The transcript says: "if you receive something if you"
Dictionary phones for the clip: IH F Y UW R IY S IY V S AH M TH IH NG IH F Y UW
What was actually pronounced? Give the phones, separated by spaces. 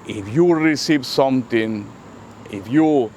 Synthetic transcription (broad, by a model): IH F Y UW R IY S IY V S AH M T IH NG IH F Y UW